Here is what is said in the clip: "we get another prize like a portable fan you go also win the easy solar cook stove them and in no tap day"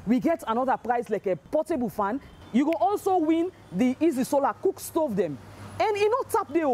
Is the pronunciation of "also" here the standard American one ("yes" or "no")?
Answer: yes